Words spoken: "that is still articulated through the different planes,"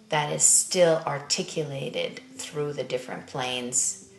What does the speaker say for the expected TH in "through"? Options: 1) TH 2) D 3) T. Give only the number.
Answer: 1